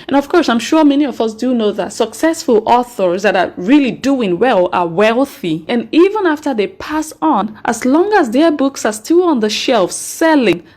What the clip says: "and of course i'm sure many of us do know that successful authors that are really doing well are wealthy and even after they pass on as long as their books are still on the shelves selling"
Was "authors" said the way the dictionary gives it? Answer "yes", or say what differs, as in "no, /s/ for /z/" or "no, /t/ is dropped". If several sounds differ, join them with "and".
yes